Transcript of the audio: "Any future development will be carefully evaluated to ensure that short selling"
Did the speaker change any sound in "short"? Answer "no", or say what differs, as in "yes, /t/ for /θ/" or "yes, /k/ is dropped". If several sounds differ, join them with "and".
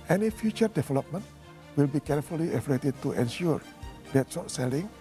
yes, /s/ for /ʃ/